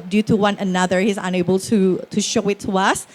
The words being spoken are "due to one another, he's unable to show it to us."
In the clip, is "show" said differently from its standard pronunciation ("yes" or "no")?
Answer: no